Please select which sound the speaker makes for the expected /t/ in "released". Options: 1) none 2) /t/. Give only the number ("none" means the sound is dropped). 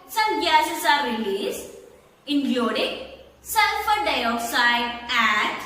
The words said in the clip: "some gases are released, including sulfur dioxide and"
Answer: 1